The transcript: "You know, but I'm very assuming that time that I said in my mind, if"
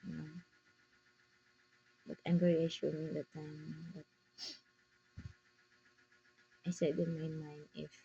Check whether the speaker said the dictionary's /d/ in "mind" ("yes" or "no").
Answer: no